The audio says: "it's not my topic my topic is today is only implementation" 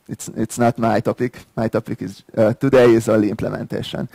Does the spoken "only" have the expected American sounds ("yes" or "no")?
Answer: no